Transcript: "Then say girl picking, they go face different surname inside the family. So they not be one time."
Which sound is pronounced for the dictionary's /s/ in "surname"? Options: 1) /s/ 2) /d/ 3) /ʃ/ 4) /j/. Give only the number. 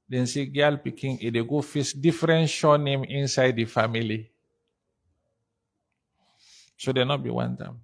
3